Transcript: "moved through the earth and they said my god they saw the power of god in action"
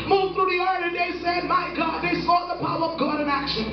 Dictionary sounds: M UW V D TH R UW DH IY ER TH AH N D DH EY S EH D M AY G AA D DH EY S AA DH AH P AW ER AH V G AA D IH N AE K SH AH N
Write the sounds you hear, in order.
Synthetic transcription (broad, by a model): M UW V TH R UW DH IY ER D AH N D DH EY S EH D M AY G AA D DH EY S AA DH AH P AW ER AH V G AA D IH N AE K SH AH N